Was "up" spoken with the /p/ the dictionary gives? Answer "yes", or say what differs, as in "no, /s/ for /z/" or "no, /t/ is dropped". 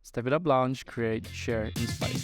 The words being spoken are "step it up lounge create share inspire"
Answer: no, /b/ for /p/